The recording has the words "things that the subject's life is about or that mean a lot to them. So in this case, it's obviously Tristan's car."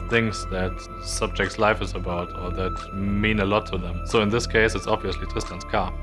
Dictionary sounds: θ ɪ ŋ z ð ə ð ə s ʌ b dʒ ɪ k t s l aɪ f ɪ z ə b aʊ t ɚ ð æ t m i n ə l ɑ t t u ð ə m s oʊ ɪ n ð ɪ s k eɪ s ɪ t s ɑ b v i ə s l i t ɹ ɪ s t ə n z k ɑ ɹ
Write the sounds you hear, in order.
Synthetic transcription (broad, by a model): θ ɪ ŋ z ð ə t s ʌ b dʒ ɪ k t s l aɪ f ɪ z ə b aʊ t ɚ ð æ t m i n ə l ɑ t t u ð ə m s oʊ ɪ n ð ɪ s k eɪ s ɪ t s ɑ b v i ə s l i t ɪ s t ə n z k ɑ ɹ